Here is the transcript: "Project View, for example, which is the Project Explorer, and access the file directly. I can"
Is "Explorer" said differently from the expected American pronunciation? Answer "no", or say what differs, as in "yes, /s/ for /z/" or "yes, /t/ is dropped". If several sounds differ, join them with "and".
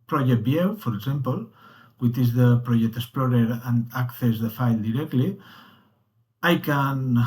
yes, /k/ is dropped